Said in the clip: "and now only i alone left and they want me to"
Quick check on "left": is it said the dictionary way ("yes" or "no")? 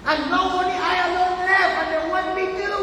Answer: no